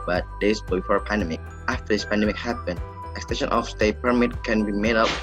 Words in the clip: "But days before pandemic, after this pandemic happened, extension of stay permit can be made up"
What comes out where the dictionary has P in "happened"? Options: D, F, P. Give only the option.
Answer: P